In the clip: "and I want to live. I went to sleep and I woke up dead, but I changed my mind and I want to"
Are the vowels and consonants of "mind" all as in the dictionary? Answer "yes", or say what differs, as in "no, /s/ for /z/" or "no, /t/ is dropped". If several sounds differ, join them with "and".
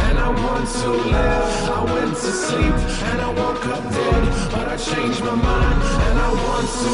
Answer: no, /d/ is dropped